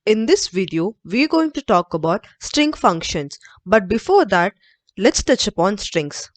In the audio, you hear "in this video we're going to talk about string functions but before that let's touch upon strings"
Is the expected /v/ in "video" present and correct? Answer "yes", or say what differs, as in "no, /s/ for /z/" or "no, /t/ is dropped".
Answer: yes